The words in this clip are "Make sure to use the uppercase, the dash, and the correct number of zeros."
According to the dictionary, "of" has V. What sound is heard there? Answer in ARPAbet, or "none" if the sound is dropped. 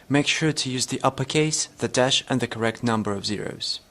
V